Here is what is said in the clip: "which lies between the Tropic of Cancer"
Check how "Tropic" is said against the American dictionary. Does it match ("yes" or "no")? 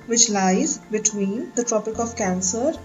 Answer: yes